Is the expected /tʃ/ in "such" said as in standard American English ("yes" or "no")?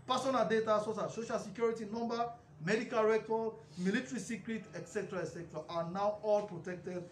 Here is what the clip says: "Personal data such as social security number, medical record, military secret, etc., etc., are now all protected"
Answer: no